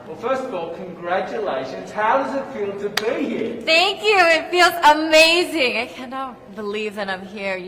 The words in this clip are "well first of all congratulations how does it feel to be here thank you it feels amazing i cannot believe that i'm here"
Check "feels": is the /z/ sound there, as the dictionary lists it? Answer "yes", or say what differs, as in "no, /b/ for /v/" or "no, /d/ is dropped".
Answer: yes